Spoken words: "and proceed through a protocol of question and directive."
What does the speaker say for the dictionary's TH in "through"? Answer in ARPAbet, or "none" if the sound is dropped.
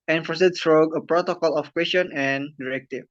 S